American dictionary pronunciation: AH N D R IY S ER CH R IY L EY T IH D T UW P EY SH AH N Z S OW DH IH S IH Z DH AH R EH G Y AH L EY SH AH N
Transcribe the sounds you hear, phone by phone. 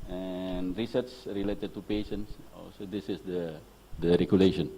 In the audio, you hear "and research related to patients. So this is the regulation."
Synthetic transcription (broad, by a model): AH N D R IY S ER S R IY L EY T IH D T UW P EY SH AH N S S OW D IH S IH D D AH R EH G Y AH L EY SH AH N